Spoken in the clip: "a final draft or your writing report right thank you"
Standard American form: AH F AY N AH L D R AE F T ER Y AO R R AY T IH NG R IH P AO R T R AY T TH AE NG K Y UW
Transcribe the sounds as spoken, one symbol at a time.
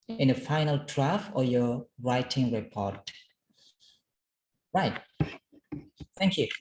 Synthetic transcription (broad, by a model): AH F AY N AH L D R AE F ER Y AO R R AY T IH NG R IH P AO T R AY T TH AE NG K Y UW